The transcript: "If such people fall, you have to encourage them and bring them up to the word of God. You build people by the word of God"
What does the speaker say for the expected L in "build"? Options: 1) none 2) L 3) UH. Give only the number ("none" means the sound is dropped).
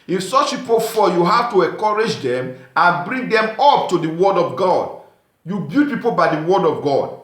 1